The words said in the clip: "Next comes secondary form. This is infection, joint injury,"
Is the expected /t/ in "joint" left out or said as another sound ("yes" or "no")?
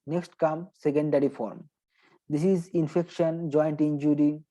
no